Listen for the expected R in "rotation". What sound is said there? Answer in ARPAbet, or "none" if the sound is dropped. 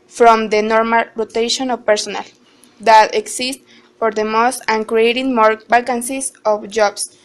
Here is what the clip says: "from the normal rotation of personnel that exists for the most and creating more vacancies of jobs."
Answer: R